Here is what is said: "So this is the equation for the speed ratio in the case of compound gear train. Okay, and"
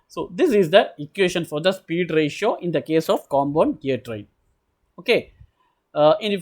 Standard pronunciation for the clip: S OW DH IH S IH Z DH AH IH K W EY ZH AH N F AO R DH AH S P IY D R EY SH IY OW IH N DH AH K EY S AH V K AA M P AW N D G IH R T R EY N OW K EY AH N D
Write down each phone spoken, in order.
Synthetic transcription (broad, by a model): S OW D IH S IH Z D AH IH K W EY SH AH N F AO R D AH S P IY D R EY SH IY OW IH N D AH K EY S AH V K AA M B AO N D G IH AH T R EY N OW K EY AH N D